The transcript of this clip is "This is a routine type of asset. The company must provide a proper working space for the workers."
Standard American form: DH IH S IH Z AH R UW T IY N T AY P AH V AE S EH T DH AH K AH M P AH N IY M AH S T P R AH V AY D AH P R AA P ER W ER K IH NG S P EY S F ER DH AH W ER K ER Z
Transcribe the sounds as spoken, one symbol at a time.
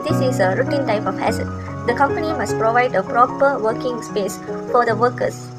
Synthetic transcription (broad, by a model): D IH S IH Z AH R UW T IY N T AY P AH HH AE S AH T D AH K AH M P AH N IY M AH S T P R AH V AY D AH P R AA P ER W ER K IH NG S P EY S F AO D AH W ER K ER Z